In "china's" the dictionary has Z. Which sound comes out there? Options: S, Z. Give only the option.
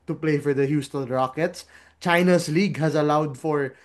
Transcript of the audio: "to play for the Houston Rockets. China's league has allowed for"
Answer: S